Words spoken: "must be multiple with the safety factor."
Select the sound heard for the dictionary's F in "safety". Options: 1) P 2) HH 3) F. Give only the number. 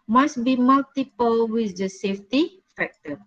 3